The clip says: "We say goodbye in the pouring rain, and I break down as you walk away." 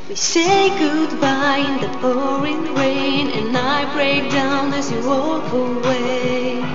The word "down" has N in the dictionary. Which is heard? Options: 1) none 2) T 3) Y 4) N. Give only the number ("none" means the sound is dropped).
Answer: 4